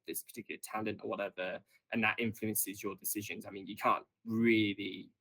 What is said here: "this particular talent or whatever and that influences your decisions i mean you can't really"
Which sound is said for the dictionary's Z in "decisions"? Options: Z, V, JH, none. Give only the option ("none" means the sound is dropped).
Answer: Z